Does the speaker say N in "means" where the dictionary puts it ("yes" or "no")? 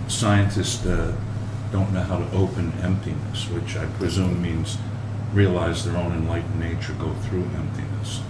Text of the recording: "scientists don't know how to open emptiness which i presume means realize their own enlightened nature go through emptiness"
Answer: yes